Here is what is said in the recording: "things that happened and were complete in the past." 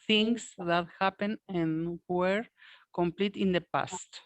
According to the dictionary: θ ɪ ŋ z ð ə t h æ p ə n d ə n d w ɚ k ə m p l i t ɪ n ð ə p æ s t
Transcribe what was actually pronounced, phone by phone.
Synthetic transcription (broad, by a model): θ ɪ ŋ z ð ə t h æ p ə n ə n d w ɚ k ə m p l i t ɪ n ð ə p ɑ s t